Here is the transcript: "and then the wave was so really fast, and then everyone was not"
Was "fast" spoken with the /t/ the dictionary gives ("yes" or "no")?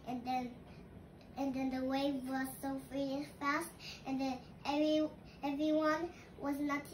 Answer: yes